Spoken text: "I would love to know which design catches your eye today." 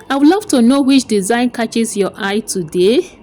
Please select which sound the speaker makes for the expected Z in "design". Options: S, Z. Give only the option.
Z